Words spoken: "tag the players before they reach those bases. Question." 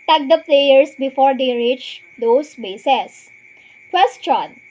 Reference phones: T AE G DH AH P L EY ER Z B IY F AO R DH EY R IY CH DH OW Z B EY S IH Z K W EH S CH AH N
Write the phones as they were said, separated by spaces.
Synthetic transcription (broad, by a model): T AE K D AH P L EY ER S B IY F AO R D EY R IY CH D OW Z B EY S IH S K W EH S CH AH N